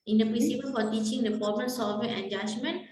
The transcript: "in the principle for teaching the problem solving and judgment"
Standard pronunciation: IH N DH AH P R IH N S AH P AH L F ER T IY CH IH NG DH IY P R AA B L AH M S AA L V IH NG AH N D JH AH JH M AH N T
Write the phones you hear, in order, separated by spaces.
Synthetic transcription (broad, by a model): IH N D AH P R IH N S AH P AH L F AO T IY CH IH NG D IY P AA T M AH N S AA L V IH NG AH N JH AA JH M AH N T